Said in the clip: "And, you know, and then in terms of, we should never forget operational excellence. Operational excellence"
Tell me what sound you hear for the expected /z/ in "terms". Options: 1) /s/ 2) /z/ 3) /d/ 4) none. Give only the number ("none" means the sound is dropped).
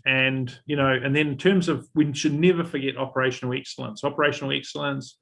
2